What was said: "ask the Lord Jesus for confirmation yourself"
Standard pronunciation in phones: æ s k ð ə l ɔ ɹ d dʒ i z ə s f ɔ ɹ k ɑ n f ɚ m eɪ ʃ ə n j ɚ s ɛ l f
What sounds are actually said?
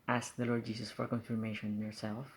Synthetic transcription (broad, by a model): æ s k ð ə l ɔ ɹ d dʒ i s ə s f ɔ ɹ k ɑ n f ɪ m eɪ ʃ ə n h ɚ s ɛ l f